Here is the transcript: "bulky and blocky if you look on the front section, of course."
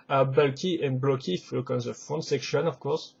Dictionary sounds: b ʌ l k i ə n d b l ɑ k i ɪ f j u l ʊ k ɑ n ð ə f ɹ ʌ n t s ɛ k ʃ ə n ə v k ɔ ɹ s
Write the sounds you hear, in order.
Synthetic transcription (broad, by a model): b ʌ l k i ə n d b l ɑ k i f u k ɑ n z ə f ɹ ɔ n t s ɛ k ʃ ə n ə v k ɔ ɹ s